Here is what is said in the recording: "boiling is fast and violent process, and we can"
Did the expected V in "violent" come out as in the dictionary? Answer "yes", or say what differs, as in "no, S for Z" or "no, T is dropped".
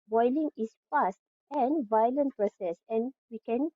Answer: yes